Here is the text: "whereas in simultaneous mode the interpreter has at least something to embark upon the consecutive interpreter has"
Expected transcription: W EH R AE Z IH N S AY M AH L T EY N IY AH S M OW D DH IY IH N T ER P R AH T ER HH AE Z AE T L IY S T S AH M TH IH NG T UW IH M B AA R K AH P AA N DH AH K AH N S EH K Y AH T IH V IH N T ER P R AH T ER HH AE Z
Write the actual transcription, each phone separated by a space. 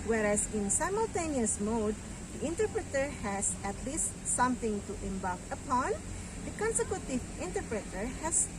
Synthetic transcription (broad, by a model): W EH R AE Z IH N S AY M AH L T EY N IY AH S M OW D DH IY IH N T ER P R AH T ER HH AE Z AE T L IY S T S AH M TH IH NG T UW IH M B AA L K AH P AA N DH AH K AH N S EH K Y AH T IH V IH N T ER P R AH T ER HH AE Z